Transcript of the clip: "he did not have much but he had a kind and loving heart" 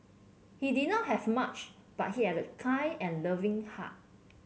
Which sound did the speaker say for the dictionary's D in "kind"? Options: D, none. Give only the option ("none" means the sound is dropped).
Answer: none